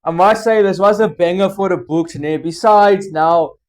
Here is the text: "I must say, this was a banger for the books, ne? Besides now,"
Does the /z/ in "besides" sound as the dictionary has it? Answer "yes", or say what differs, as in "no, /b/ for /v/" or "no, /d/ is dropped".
yes